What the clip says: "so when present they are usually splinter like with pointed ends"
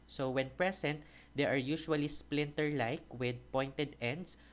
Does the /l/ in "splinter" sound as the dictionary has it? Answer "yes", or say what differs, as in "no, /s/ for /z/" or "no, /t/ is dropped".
yes